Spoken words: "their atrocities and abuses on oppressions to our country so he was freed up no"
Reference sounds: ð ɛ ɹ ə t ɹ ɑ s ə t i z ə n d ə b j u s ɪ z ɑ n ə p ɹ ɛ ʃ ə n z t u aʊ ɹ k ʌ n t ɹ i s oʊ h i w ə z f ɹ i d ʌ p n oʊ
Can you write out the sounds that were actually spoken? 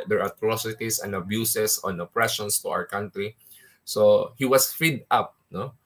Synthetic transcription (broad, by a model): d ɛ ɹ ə t ɹ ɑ s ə t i s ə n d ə b j u s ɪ s ɑ n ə p ɹ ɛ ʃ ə n s t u aʊ ɹ k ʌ n t ɹ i s oʊ h i w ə s f i d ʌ p n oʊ